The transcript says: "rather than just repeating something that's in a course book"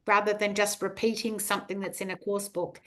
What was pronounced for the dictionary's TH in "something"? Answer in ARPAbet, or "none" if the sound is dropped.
TH